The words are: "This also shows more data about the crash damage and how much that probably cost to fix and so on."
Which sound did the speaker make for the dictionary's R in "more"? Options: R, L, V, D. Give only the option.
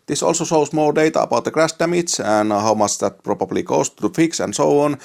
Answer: L